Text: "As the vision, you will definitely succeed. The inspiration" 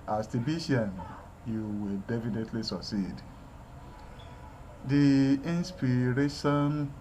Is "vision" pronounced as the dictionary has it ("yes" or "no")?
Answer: no